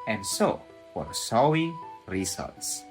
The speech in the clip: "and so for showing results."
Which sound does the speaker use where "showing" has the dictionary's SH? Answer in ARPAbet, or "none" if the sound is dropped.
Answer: S